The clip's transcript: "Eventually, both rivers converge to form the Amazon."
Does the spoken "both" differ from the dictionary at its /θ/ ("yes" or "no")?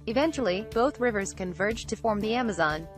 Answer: no